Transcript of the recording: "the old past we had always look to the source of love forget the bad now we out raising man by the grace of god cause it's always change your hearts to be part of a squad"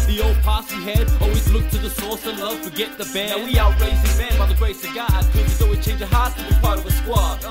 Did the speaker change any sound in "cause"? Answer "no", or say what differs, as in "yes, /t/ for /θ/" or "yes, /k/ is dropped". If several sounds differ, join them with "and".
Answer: yes, /z/ is dropped